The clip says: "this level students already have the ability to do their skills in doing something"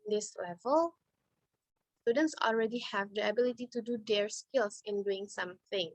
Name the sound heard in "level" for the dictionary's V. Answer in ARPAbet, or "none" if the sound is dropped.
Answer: V